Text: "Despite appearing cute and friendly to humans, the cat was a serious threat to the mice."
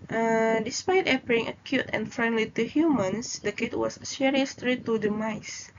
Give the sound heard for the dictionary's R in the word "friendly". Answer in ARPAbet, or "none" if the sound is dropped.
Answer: R